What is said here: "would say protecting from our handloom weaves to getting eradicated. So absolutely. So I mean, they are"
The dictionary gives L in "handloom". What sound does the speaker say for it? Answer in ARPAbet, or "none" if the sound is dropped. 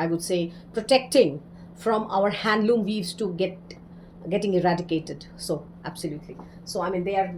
L